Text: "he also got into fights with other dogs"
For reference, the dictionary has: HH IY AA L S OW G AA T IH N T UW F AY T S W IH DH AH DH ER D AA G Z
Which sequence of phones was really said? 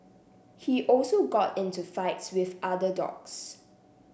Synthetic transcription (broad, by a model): HH IY AA L S OW G AA T IH N T UW F AY T S W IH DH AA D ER D AA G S